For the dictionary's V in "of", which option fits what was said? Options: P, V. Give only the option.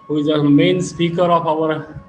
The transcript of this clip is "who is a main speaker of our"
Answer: P